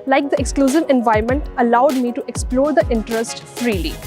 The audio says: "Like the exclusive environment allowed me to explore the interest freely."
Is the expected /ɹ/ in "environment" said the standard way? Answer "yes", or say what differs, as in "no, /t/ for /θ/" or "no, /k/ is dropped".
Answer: no, /ɹ/ is dropped